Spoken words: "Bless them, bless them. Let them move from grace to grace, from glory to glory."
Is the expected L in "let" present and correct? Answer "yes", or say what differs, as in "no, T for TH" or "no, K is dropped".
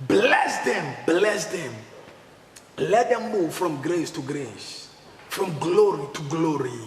yes